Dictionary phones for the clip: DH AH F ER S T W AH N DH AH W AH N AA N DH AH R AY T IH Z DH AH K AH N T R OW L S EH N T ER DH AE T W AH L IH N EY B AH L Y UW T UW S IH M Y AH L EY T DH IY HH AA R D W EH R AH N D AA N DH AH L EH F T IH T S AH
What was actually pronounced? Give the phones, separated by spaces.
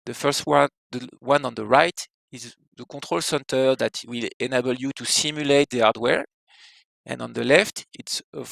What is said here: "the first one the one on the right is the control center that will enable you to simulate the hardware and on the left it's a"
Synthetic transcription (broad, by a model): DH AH F ER S T W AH N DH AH W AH N AA N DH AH R AY T IH Z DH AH K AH T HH OW L S EH N T ER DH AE T W AH L IH N EY B AH L Y UW T UW S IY M Y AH L EY T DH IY AA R D W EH R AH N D AA N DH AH L EH F T IH T S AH